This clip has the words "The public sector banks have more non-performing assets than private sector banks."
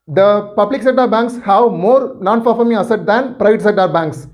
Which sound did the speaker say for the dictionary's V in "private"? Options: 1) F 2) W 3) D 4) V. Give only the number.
4